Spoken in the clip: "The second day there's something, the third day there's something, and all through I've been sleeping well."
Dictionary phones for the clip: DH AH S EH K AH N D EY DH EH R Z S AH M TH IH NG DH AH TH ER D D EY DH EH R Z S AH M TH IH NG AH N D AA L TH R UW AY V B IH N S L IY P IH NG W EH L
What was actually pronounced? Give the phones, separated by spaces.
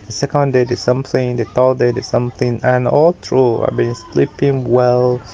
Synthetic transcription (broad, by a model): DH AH S EH K AH N D EY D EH S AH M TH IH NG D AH T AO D D EY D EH S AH M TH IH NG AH N AA L T R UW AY B IH N S L IY P IH NG W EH L